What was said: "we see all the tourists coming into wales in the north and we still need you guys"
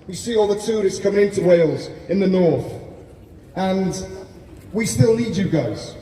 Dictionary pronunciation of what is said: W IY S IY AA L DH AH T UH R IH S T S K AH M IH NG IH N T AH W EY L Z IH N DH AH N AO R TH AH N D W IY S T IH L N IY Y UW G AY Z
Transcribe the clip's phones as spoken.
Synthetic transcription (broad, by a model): W IY S IY AA L DH AH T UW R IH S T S K AH M IH NG IH N T AH W EY L Z IH N DH AH N AO R TH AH N W IY S T IH L IY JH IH G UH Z